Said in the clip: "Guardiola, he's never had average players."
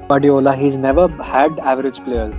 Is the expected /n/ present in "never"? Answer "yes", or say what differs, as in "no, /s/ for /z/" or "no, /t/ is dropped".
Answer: yes